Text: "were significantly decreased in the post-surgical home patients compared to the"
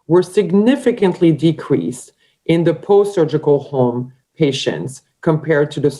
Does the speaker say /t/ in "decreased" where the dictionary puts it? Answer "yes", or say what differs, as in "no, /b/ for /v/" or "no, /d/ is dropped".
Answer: yes